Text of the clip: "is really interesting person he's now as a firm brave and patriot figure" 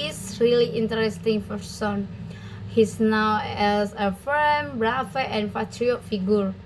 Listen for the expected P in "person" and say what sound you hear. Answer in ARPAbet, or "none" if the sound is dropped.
F